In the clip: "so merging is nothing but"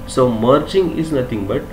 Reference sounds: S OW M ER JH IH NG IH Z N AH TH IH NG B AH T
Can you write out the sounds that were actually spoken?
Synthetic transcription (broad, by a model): S OW M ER CH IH NG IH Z N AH T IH NG B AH T